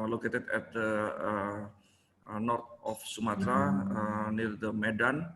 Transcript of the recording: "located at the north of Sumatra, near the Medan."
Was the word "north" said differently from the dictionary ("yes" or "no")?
yes